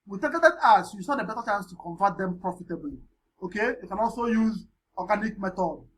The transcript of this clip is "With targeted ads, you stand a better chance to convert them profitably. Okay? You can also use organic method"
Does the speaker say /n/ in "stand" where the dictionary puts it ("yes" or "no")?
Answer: no